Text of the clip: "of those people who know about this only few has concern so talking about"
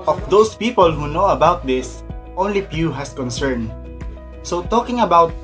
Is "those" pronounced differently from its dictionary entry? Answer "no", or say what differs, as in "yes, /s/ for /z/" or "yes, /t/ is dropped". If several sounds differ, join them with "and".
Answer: yes, /s/ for /z/